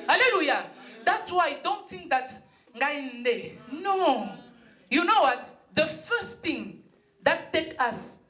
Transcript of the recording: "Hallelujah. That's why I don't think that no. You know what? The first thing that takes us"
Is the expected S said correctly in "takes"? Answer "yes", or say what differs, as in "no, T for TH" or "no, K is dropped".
no, S is dropped